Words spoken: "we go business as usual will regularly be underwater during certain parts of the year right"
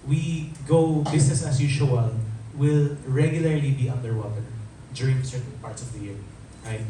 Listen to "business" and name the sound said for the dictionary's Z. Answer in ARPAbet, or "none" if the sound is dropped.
S